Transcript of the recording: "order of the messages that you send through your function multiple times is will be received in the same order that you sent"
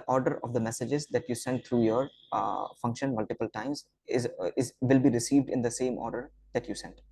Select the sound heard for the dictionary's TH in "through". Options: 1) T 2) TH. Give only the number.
1